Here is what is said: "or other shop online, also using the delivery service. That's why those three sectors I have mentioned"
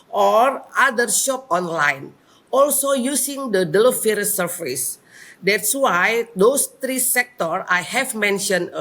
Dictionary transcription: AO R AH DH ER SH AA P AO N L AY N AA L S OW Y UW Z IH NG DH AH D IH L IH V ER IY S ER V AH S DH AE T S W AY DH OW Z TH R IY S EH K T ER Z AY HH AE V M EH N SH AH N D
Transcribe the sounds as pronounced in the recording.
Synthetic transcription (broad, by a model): AO R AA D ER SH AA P AO N L AY N AA L S OW Y UW S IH NG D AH D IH L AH F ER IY S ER F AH S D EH T S W AY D OW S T R IY S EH K T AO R AY HH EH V M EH N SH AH N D